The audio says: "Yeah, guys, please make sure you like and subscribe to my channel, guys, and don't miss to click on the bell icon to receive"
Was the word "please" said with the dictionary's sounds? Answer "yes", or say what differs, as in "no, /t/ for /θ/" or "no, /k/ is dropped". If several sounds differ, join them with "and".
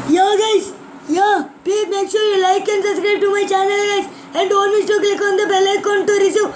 no, /z/ is dropped